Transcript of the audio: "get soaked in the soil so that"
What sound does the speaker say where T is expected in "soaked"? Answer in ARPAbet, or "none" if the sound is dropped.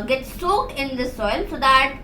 none